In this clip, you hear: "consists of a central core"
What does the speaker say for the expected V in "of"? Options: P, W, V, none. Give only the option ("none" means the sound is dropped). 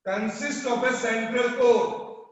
P